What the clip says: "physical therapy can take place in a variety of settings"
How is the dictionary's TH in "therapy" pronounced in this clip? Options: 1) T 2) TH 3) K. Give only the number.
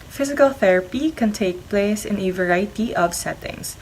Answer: 2